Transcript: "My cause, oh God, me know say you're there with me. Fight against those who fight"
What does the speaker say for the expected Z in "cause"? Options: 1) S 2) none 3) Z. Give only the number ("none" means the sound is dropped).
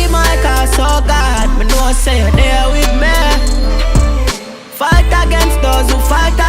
1